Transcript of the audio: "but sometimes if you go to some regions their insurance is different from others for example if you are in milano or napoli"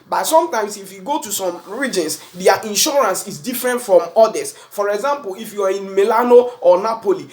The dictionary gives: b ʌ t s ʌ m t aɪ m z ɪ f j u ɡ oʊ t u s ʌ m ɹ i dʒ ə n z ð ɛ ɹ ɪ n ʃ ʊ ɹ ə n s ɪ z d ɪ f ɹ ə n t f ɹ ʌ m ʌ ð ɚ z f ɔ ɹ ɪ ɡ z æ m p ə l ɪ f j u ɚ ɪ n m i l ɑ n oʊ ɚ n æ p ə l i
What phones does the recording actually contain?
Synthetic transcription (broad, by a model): b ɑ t s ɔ m t aɪ m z ɪ f j u ɡ oʊ t u s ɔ m ɹ i dʒ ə n s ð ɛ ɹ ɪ n ʃ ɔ ɹ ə n s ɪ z d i f ɹ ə n t f ɹ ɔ m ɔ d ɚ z f ɔ ɹ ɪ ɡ z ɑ m p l ɪ f j u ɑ ɪ n m i l ɑ n oʊ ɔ n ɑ p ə l i